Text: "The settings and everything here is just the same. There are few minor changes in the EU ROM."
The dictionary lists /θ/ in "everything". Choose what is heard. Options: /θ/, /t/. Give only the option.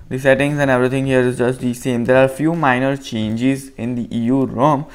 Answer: /t/